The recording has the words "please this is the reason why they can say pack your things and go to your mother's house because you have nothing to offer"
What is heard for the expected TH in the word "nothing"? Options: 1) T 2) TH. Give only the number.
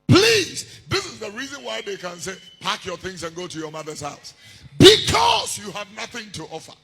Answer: 2